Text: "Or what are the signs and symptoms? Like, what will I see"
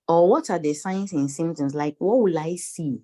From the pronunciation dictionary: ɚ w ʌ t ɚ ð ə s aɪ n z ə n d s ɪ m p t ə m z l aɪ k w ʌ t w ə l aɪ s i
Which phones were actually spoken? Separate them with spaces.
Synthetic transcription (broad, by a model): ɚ w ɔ t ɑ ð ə s aɪ n s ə n s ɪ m t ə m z l aɪ k w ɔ t w ə l aɪ s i